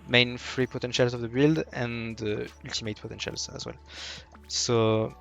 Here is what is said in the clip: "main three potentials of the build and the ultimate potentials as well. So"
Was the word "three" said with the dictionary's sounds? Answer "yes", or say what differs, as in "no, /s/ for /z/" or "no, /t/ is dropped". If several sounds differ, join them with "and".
no, /f/ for /θ/